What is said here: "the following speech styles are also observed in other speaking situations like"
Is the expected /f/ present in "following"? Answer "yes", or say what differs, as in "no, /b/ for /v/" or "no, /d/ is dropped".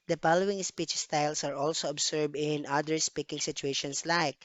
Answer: no, /p/ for /f/